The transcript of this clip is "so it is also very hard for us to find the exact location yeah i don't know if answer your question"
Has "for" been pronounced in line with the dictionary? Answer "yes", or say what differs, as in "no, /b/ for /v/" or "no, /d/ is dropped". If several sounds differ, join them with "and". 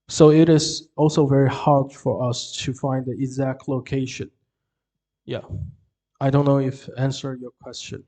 yes